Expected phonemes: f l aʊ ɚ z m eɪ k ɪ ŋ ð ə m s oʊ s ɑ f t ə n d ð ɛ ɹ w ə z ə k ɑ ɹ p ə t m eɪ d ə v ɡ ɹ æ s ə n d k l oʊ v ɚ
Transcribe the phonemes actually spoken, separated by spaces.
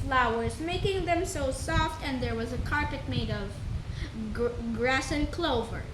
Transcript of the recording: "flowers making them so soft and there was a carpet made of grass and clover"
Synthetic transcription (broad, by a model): f l aʊ ɚ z m eɪ k ɪ ŋ ð ə m s oʊ s ɑ f t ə n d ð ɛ ɹ w ə z ə k ɑ ɹ p ə t m eɪ d ə v ɡ ɹ æ s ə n k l oʊ v ɚ